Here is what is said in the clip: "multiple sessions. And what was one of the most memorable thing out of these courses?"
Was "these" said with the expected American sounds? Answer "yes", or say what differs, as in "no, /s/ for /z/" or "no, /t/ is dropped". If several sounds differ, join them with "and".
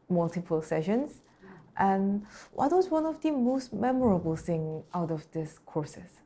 no, /s/ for /z/